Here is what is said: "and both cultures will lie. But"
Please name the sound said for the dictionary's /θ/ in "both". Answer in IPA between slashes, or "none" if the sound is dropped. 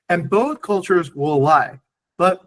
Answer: /θ/